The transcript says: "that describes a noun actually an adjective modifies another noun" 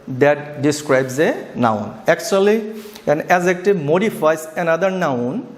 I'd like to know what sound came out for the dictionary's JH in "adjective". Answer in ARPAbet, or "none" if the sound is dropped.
Z